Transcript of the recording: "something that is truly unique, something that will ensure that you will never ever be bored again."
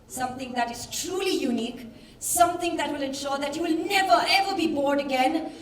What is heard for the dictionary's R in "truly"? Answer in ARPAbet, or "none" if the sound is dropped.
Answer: R